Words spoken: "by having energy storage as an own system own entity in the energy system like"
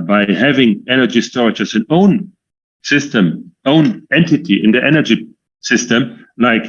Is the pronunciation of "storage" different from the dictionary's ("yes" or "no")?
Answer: yes